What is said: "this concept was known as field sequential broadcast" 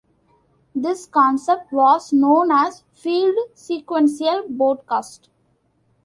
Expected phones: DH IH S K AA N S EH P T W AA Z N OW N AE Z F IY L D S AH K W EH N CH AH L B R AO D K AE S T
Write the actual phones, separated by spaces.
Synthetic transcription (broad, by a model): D IH S K AA N S EH P T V AA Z N OW N AE Z F IY L D S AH K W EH N S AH L B AO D K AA S T